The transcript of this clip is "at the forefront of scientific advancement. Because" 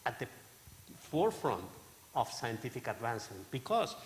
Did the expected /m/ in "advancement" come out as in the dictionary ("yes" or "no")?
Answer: no